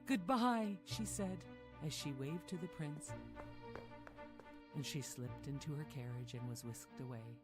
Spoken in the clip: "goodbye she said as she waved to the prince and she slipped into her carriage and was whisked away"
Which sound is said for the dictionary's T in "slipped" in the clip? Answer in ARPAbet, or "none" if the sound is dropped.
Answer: T